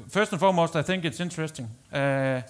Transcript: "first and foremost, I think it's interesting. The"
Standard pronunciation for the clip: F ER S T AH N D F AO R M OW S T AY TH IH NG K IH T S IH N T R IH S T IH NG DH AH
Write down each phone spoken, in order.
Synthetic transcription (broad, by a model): F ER S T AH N F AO M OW S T AY TH IH NG K IH T S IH N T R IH S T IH NG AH